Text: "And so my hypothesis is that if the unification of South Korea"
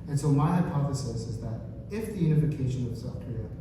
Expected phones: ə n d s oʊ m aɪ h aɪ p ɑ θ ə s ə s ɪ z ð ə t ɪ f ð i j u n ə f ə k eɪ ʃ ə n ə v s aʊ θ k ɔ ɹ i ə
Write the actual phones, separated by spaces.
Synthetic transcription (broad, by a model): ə n s oʊ m aɪ h aɪ p ɑ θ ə s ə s ɪ z ð ə t ɪ f ð i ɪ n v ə k eɪ ʃ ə n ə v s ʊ f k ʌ ɹ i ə